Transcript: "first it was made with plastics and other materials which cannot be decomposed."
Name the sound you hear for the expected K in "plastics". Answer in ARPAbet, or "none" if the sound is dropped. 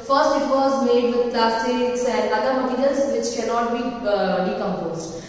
none